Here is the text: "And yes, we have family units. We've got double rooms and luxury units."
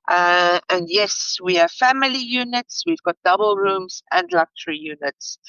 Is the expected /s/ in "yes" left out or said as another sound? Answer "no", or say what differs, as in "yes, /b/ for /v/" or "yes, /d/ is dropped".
no